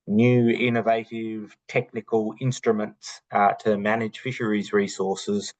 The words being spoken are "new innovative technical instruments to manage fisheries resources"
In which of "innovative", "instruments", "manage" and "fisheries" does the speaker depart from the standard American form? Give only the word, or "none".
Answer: none